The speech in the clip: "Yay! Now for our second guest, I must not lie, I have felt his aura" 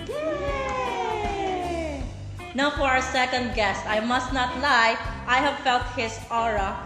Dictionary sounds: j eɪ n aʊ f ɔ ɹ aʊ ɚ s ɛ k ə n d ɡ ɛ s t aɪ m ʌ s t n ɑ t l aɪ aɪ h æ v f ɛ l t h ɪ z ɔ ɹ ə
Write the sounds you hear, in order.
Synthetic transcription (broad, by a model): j n aʊ f ɔ ɹ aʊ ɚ s ɛ k ə n d ɡ ɛ s t aɪ m ʌ s t n ɑ t l aɪ aɪ h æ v f ɛ l t h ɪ s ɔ ɹ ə